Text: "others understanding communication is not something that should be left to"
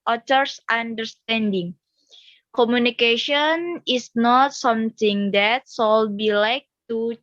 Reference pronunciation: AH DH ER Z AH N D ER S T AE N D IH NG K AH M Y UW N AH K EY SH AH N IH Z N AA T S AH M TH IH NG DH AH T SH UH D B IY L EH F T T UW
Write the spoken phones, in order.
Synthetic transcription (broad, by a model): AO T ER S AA N D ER S T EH N D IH NG K AH M Y UW N AH K EY SH AH N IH S N AA T S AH M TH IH NG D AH T S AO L B IY L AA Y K T UW